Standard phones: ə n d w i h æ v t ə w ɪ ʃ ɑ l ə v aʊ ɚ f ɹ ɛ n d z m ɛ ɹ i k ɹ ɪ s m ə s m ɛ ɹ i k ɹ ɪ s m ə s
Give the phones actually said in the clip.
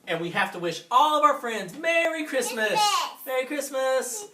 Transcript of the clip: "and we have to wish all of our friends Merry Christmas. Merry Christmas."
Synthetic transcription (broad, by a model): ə n w i h æ f t ə w ɪ ʃ ɑ l ə v aʊ ɚ f ɹ ɛ n d z m ɛ ɹ i k ɹ ɪ s m ə s m ɛ ɹ i k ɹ ɪ s m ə s